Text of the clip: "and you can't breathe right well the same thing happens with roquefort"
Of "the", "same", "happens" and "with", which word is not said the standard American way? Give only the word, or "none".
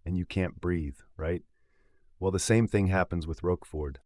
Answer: none